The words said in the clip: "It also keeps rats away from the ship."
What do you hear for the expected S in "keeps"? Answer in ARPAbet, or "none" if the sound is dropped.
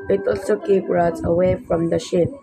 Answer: none